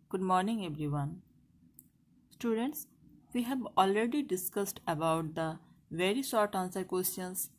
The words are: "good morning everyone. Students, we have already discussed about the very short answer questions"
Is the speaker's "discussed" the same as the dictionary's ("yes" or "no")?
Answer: yes